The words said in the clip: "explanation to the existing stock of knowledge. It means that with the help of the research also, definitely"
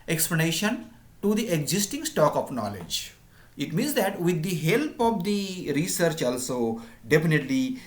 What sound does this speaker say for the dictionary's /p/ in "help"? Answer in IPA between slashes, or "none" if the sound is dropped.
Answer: /p/